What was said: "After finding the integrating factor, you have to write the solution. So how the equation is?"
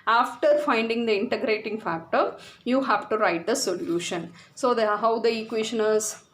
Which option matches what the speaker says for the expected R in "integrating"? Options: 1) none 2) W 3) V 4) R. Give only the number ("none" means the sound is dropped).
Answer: 4